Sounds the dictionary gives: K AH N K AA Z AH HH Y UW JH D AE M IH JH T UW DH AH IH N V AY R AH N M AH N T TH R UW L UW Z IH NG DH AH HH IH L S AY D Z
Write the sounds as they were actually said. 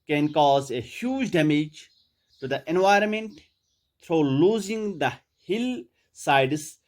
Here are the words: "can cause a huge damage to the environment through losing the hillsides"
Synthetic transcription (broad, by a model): K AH N K AA Z AH HH Y UW JH D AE M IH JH T UW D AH IH N V AY R AH N M AH N T T R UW L UW Z IH NG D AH HH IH L S AY D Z